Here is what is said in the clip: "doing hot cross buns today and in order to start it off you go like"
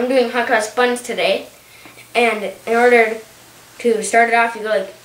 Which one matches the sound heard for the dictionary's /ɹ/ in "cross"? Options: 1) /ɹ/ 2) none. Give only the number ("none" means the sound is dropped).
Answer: 2